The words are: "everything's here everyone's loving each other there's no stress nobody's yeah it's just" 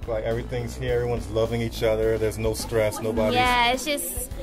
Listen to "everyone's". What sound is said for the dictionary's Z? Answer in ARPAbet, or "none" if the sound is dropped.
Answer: Z